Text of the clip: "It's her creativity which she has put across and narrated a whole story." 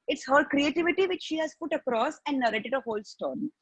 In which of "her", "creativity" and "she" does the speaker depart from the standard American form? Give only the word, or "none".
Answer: none